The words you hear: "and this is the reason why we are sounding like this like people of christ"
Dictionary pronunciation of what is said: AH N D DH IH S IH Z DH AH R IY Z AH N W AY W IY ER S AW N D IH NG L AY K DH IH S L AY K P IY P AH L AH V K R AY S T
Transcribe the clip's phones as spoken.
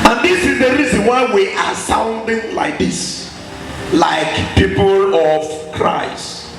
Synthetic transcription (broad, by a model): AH N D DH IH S IH Z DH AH R IY Z AH N W AY W IY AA S AW N D IH NG L AY K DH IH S L AY K P IY P AH L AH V K R AY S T